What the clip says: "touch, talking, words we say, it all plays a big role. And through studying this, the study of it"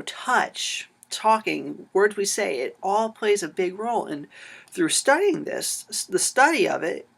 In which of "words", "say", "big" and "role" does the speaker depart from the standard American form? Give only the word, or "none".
none